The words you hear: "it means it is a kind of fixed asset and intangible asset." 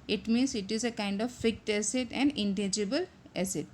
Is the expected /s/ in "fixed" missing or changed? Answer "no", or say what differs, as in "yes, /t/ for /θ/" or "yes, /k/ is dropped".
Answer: yes, /s/ is dropped